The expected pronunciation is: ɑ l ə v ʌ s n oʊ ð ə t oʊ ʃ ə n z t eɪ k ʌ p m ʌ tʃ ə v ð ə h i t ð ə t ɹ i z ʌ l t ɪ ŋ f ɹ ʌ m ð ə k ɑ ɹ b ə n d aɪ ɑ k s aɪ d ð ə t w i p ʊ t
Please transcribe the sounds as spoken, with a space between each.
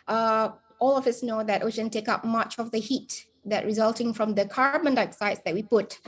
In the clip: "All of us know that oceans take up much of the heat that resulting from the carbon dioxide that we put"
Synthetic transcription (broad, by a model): ɑ l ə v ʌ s n oʊ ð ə t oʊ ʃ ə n t eɪ k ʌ p m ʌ tʃ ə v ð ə h i t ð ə t ɹ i z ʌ l t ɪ ŋ f ɹ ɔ m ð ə k ɑ ɹ b ə n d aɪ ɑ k s aɪ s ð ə t w i p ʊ t